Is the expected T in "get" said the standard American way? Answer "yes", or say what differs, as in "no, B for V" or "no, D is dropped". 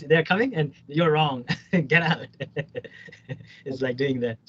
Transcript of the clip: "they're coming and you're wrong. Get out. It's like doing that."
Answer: yes